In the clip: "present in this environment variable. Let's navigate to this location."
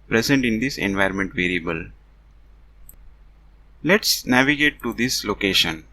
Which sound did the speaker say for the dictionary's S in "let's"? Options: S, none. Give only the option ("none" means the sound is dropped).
S